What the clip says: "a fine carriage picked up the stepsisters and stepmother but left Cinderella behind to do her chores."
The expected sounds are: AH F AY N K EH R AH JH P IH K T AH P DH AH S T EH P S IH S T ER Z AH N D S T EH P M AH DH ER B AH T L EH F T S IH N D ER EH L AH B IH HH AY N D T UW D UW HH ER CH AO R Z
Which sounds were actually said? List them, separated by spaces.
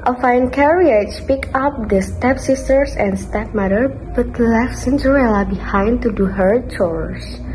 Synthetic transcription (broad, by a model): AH F AY N K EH R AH CH P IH K AH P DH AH S T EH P S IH S T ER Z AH N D S T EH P M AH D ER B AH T L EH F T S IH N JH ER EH L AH B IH HH AY N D T UW D UW HH ER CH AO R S